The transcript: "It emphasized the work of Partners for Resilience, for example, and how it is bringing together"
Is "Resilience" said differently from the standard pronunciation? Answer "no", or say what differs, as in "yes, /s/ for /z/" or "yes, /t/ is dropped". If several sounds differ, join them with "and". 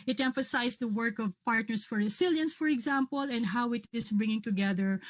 yes, /s/ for /z/